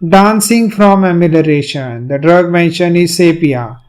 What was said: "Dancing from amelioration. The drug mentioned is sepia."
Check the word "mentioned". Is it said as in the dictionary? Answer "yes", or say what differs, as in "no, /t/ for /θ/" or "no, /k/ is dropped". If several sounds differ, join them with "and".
no, /d/ is dropped